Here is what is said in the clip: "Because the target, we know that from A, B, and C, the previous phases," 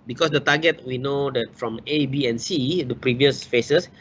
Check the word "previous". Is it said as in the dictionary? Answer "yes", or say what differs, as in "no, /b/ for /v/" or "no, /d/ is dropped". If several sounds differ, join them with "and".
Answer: yes